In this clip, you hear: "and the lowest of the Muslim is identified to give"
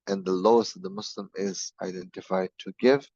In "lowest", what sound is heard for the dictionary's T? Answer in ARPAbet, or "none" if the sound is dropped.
T